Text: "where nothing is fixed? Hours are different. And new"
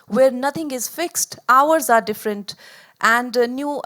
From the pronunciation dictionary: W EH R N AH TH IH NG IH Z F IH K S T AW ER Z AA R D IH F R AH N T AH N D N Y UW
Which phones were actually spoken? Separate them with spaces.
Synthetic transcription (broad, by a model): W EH R N AH T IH NG IH Z F IH K S T AW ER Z AA R D IH F R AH N T AH N D N Y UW